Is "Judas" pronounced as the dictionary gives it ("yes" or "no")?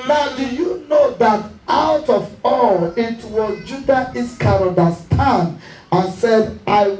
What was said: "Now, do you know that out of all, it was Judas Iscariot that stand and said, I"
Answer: no